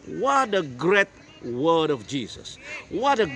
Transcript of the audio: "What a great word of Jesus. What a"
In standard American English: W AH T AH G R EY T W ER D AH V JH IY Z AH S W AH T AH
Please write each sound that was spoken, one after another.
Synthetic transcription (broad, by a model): W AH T AH G R EY T W ER D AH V JH IY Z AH S W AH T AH